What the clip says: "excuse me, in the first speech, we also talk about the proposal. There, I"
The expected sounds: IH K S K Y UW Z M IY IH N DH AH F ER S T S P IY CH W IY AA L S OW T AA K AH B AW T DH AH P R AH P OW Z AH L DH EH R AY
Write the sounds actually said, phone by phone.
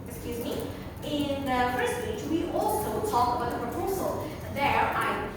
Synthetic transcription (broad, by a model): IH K S K Y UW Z M IY IH N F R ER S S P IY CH W IY AA L S OW T AA K AH B AW T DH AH P R AH P OW Z AH L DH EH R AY